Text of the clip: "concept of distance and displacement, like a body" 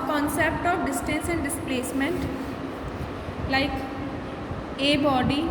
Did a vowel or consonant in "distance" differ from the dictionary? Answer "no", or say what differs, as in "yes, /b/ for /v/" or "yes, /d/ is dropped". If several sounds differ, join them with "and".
no